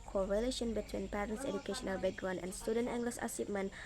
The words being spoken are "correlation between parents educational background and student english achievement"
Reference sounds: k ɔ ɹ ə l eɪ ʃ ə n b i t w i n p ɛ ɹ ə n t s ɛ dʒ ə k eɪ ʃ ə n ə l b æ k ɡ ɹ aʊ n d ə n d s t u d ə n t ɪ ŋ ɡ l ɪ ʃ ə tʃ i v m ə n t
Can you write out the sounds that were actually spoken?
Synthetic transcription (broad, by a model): k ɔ ɹ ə l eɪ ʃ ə n b i t w i n p ɛ ɹ ə n t s ɛ dʒ ə k eɪ ʃ ə n ə l b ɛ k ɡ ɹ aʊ n ə n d s t u d ə n t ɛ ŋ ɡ l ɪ s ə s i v m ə n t